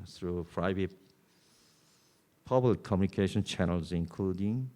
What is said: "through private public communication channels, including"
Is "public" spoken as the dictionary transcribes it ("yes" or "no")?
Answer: no